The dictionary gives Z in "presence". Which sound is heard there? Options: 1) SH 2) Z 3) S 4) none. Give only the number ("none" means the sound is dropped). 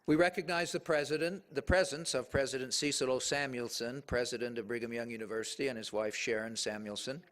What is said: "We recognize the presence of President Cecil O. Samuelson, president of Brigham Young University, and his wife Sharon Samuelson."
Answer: 2